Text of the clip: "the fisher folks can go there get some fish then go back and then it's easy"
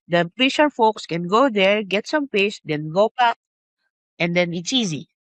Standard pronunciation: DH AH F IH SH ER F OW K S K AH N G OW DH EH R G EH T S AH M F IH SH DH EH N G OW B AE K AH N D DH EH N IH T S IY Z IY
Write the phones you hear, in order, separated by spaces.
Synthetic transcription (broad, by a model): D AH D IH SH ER F OW K S K AH N G OW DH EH R G EH T S AH M P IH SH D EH N G OW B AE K AH N D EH N IH T S IY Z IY